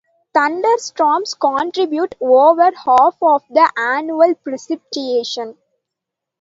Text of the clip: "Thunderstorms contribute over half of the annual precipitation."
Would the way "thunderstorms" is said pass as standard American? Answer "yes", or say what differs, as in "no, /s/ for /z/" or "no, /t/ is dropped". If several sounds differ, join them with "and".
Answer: no, /t/ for /θ/ and /s/ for /z/